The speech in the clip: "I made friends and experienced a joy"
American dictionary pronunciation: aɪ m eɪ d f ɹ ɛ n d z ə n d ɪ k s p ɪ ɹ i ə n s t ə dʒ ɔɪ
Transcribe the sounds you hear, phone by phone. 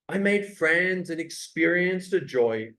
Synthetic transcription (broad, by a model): aɪ m eɪ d f ɹ ɛ n d z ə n ɪ k s p ɪ ɹ i ə n s t ə dʒ ɔɪ